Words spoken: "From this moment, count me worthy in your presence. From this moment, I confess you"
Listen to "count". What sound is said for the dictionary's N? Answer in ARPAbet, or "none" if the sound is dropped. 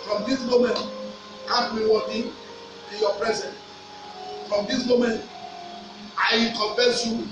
none